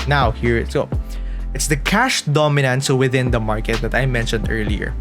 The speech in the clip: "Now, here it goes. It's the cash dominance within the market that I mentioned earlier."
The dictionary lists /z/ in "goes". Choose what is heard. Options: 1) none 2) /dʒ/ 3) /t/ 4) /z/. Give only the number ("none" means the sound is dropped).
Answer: 1